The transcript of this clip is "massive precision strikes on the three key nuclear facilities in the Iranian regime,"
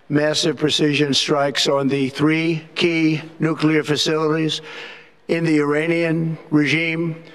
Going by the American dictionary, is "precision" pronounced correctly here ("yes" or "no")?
yes